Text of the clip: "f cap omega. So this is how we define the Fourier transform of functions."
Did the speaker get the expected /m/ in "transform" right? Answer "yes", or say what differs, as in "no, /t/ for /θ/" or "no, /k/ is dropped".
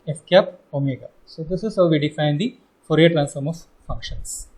yes